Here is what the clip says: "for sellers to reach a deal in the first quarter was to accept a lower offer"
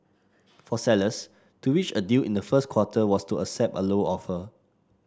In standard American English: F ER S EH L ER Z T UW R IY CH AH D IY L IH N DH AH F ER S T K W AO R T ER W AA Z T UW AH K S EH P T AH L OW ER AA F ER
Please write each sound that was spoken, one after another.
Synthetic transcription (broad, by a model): F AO S EH L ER S T UW W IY CH AH D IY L IH N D AH F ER S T K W AO T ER W AA S T UW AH S EH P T AH L OW AA F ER